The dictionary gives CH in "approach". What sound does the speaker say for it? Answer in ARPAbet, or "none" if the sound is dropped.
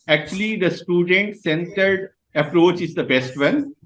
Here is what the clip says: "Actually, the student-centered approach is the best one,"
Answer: CH